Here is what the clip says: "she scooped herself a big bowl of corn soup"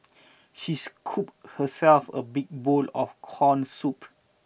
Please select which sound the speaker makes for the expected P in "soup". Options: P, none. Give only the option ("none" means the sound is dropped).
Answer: P